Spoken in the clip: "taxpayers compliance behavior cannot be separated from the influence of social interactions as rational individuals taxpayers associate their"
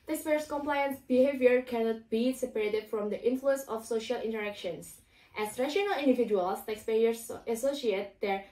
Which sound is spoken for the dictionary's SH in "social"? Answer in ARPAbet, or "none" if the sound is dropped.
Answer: SH